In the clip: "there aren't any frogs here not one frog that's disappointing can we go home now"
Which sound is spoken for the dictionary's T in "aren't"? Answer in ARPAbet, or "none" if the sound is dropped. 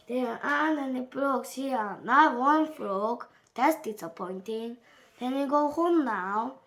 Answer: none